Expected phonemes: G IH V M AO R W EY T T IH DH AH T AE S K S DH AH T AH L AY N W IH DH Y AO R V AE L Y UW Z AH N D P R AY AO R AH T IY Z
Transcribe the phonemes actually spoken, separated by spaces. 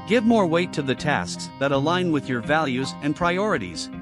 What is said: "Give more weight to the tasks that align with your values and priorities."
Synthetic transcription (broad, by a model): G IH V M AO R W EY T T IH DH AH T AE S K S DH AH T AH L AY N W IH DH Y AO R V AE L Y UW Z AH N P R AY AO R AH T IY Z